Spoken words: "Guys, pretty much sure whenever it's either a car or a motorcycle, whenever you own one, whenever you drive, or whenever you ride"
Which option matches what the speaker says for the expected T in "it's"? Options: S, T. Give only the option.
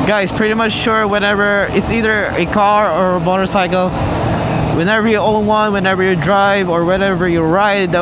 T